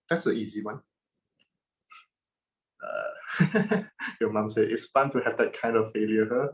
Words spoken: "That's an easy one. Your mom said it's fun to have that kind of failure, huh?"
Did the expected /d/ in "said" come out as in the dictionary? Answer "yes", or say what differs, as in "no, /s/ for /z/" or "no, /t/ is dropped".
no, /d/ is dropped